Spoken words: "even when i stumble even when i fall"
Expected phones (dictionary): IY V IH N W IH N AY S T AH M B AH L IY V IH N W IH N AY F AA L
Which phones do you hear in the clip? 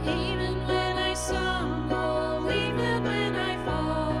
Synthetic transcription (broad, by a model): IY V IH N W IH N AY S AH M AH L IY V IH N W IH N AY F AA